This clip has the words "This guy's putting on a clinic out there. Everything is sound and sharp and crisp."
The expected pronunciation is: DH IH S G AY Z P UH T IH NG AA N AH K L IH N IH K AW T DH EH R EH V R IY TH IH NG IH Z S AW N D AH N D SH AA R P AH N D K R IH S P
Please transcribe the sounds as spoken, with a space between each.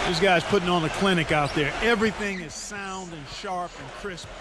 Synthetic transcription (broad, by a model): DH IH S G AY Z P UH T IH NG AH N AH K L IH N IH K AW T DH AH R EH V R IY TH IH NG IH Z S AW N D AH N SH AA R P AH N K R IH S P